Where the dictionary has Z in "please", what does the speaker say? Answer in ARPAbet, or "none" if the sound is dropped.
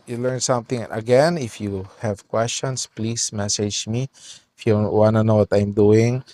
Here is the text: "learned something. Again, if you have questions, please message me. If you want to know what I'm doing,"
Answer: S